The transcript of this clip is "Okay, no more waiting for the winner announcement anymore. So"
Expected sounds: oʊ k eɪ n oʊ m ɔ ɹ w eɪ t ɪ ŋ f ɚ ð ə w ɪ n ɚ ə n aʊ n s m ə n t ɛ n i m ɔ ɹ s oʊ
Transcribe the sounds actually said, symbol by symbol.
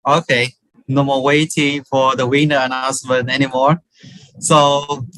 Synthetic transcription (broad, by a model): oʊ k eɪ n oʊ m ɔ w eɪ t ɪ ŋ f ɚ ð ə w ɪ n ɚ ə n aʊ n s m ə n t ɛ n i m ɔ ɹ s oʊ